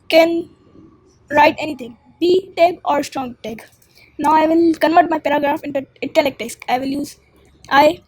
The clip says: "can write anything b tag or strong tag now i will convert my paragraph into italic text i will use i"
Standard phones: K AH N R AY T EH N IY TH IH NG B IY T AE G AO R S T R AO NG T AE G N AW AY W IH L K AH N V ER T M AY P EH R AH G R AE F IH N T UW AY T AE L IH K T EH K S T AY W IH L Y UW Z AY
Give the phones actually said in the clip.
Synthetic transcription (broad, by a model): K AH N R AY T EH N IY T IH NG B IY T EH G AO R S T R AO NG T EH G N AW AY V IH L K AH N V ER T M AY P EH R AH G R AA F IH N T UW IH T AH L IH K T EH S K AY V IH L Y UW Z AY